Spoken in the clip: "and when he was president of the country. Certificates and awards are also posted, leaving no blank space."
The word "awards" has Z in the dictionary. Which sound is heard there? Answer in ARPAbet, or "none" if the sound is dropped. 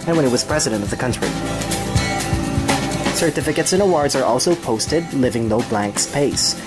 Z